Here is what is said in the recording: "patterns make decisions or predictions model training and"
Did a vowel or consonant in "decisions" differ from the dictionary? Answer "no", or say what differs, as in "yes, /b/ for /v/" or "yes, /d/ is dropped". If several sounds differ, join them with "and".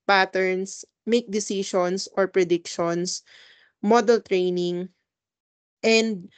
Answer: yes, /ʃ/ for /ʒ/ and /s/ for /z/